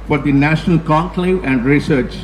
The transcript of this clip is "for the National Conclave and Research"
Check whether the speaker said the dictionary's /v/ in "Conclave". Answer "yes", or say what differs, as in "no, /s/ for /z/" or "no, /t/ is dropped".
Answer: no, /v/ is dropped